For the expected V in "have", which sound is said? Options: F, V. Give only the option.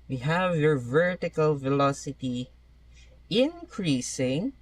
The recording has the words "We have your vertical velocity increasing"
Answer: V